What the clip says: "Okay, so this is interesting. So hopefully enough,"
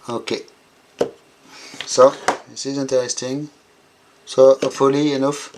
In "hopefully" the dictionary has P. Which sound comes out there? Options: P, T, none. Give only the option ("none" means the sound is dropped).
none